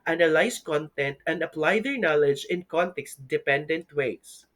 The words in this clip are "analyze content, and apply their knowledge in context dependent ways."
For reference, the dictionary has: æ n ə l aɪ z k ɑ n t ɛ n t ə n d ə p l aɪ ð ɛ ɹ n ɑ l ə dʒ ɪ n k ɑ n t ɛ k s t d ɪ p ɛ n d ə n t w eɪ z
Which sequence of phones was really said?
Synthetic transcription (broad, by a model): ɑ n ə l aɪ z k ɑ n t ɛ n t ə n d ə p l aɪ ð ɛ ɹ n ɑ l ə dʒ ɪ n k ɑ n t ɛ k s d ɪ p ɛ n d ə n t w eɪ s